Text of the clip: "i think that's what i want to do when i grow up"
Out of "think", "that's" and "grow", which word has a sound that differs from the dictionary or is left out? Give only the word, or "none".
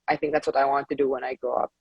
grow